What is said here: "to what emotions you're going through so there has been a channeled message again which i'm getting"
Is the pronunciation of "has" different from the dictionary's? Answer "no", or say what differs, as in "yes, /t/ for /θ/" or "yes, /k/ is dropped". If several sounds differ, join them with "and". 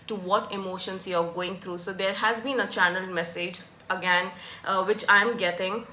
no